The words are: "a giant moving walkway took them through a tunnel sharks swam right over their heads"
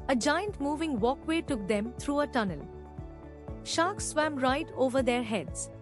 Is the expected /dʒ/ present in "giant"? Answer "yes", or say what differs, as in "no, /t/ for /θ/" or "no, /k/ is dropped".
yes